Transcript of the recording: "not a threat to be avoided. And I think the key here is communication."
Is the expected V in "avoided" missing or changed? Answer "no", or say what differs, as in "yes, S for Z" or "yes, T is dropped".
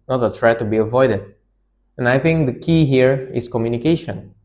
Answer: no